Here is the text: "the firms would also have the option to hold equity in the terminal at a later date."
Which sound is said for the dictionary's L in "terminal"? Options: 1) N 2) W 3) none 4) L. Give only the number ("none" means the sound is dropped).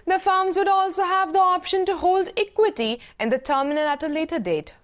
1